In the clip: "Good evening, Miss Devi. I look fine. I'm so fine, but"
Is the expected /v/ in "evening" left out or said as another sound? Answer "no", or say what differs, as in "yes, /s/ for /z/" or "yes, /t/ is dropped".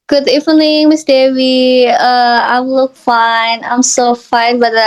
yes, /f/ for /v/